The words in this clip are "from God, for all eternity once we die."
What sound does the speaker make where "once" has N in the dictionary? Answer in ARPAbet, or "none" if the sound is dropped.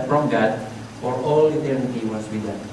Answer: none